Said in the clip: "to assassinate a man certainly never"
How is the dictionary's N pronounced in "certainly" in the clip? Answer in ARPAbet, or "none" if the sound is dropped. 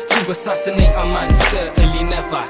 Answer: none